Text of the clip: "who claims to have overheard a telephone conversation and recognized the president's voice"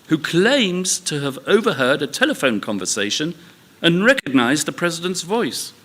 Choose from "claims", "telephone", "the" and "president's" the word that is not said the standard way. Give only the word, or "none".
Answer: none